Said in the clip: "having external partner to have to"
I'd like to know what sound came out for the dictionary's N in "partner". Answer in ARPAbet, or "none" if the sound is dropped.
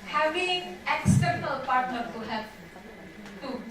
N